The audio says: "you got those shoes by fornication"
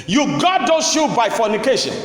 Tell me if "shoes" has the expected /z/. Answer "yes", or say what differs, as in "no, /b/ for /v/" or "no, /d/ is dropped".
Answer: no, /z/ is dropped